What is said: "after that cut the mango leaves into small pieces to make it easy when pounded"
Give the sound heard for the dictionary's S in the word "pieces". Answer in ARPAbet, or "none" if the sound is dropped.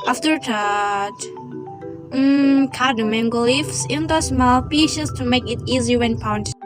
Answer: SH